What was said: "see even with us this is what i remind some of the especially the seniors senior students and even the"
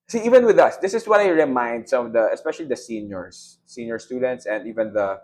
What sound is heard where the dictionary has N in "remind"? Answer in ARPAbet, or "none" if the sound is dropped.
N